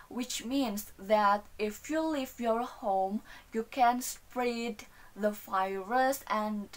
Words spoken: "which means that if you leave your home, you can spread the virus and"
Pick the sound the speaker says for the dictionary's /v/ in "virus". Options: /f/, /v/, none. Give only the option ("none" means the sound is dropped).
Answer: /f/